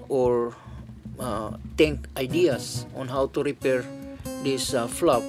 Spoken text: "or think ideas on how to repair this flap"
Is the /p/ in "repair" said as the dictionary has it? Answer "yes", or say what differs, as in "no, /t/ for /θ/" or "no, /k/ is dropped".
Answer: yes